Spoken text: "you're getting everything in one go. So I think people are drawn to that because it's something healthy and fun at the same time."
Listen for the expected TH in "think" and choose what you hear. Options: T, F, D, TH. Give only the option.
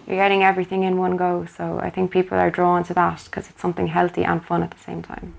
TH